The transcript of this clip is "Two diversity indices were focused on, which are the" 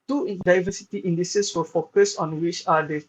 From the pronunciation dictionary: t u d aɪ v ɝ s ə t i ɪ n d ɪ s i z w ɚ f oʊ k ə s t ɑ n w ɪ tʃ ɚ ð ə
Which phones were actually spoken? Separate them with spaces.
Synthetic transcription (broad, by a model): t u d aɪ v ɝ s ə t i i n d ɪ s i s w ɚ f oʊ k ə s ɑ n w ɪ tʃ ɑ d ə